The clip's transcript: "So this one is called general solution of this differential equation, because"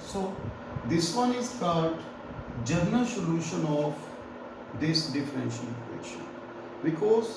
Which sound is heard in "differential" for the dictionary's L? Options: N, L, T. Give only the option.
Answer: N